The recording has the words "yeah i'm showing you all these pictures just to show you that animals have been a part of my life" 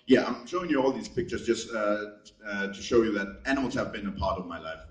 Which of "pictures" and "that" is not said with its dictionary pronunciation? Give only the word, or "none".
none